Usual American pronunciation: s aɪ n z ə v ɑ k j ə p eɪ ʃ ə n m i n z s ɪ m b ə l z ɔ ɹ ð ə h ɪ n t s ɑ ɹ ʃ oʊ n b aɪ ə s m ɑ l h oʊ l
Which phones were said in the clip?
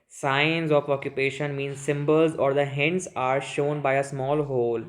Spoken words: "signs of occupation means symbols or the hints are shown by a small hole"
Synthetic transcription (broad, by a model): s aɪ n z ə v ɑ k j ə p eɪ ʃ ə n m i n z s ɪ m b ə l z ɔ ɹ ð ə h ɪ n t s ɑ ɹ ʃ oʊ n b aɪ ə s m ɑ l h oʊ l